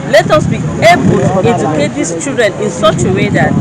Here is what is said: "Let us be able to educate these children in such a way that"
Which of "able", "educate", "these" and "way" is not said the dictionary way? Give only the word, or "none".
these